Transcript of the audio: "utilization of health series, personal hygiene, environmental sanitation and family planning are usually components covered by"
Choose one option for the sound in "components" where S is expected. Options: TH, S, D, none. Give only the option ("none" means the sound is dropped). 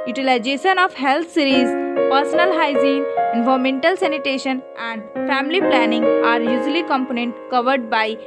none